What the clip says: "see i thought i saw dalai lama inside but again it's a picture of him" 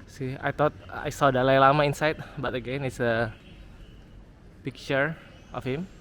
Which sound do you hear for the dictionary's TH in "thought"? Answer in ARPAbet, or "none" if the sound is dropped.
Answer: T